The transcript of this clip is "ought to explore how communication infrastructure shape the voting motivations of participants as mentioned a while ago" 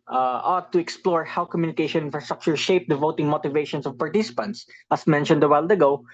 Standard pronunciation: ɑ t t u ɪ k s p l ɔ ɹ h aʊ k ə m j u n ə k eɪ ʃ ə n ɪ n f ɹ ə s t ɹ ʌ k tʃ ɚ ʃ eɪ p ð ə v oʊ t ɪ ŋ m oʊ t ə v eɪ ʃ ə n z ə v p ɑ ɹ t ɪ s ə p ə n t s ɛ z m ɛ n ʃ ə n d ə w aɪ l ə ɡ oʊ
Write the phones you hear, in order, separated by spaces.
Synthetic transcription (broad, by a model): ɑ t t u ɪ k s p l ɔ ɹ h aʊ k ə m j u n ə k eɪ ʃ ə n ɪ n f ɹ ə s t ɹ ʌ k tʃ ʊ ʃ eɪ p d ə v oʊ t ɪ ŋ m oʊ t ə v eɪ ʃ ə n s ə v p ɑ ɹ t ɪ s ə p ə n t s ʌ s m ɛ n ʃ ə n d ə w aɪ l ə ɡ oʊ